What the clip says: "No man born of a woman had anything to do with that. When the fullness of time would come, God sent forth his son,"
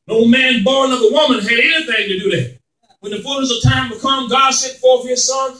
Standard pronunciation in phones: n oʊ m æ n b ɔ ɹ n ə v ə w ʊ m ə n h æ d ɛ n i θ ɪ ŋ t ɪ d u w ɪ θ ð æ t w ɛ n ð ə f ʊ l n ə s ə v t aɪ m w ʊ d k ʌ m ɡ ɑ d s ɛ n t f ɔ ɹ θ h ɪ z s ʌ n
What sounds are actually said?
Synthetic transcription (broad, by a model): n oʊ m æ n b ɔ ɹ n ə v ə w ʊ m ə n h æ d ɛ n i θ ɪ ŋ t ɪ d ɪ ð æ t w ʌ n ð ə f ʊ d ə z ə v t aɪ m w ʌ k ʌ m ɡ ɑ d s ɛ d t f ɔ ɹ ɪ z s ʌ n